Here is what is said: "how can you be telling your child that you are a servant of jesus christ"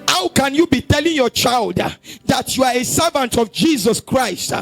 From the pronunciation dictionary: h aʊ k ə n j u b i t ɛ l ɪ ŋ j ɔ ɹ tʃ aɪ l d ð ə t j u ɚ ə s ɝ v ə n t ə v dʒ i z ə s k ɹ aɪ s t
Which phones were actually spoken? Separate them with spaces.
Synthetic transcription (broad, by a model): h aʊ k ə n j u b i t ɛ l ɪ ŋ j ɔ tʃ aɪ l d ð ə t j u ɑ ə s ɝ v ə n t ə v dʒ i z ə s k ɹ aɪ s t